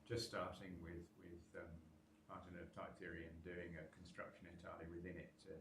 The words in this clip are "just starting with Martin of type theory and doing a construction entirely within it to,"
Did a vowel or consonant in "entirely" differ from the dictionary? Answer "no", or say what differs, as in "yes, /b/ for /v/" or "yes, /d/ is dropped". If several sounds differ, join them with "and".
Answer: yes, /n/ is dropped